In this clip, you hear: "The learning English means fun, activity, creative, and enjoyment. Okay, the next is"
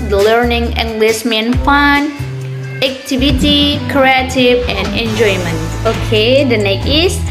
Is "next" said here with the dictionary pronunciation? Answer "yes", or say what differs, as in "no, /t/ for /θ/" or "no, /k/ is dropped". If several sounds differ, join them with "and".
no, /s/ is dropped